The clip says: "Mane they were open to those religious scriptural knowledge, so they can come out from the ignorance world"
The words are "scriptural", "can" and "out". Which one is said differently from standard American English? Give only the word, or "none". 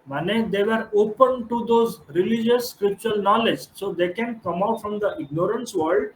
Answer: scriptural